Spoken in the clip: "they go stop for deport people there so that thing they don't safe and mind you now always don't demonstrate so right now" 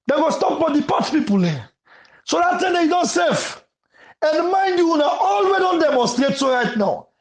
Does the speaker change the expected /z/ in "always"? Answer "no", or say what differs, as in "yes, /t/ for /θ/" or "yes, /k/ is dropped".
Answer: yes, /z/ is dropped